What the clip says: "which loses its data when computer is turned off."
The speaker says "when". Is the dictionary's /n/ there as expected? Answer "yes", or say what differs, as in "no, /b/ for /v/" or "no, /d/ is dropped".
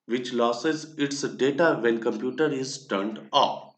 no, /l/ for /n/